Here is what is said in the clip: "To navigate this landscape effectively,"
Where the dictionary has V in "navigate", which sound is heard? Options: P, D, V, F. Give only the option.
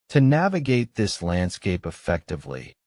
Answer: V